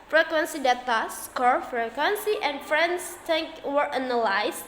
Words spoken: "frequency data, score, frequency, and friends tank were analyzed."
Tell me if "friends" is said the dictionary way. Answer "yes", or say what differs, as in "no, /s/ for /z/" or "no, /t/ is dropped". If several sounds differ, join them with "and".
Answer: no, /s/ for /z/